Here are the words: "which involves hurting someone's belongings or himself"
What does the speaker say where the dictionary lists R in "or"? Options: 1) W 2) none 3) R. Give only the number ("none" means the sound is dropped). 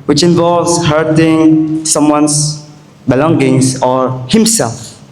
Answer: 3